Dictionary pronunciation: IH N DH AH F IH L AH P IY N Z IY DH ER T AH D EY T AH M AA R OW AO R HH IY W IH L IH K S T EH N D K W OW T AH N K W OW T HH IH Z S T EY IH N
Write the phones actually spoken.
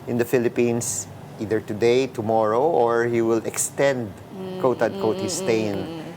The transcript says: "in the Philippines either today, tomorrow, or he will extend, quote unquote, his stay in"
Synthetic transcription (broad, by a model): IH N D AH F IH L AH P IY N S IY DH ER T AH D EY T AH M AA R OW AO R HH IY W IH L IH K S T EH N D K OW T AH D K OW T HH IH S T EY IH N